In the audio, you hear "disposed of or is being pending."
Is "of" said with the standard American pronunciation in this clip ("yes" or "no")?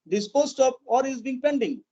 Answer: no